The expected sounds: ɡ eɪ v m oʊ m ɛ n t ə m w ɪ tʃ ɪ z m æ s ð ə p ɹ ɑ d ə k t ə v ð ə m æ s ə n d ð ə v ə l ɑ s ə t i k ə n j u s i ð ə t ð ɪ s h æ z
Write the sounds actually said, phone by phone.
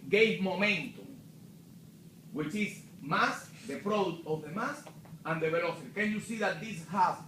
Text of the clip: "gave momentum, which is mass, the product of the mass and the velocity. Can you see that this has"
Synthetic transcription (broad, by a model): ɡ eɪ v m oʊ m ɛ n t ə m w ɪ tʃ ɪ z m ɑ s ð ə p ɹ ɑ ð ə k t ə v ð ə m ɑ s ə n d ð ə b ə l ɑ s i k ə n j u s i ð ə t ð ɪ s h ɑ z